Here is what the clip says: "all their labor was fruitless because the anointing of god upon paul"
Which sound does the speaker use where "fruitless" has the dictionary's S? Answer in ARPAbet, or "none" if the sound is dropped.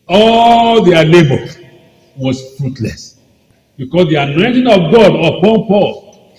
S